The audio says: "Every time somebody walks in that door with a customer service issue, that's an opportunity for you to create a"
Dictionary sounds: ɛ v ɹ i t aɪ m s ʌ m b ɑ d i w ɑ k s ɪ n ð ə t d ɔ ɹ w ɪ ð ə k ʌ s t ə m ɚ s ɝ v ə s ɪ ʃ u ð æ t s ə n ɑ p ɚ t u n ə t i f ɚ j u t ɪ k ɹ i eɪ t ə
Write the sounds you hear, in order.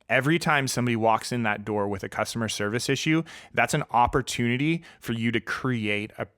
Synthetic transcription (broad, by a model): ɛ v ɹ i t aɪ m s ʌ m b ɑ d i w ɑ k s ɪ n ð ə t d ɔ ɹ w ɪ ð ə k ʌ s t ə m ɚ s ɝ v ə s ɪ ʃ u ð æ t s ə n ɑ p ɚ t u n ə t i f ɚ j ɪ t ɪ k ɹ i eɪ t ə